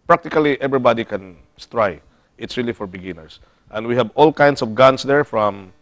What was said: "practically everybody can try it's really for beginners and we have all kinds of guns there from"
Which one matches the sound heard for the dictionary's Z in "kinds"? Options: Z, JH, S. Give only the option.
S